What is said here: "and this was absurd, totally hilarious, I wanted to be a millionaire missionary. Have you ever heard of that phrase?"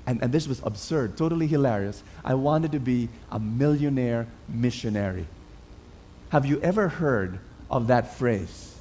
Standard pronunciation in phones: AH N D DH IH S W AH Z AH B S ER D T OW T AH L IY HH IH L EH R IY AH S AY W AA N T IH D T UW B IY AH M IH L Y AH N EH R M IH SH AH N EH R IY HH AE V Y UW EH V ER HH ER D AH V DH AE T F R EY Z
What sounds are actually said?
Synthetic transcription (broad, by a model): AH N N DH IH S W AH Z AH B S ER D T OW T AH L IY HH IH L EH R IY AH S AY W AA N T IH D T UW B IY AH M IH L Y AH N EH R M IH SH AH N EH R IY HH AE V Y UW EH V ER HH ER D AH V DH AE T F R EY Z